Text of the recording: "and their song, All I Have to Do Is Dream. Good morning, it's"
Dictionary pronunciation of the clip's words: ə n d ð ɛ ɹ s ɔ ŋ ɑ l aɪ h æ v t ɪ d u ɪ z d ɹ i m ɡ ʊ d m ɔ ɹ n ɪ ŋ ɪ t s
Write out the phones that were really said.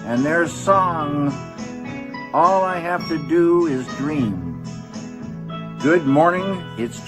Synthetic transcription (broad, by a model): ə n ð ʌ ɹ s ɔ ŋ ɑ l aɪ h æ f t ɪ d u ɪ z d ɹ i m ɡ ʊ d m ɔ ɹ n ɪ ŋ ɪ t s